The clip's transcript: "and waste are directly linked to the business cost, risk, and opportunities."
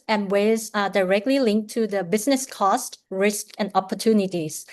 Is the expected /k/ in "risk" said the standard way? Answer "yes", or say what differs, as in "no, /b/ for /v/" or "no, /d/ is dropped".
yes